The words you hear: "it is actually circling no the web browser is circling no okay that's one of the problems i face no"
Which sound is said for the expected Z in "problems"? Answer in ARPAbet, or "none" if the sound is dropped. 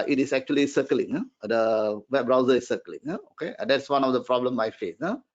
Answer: none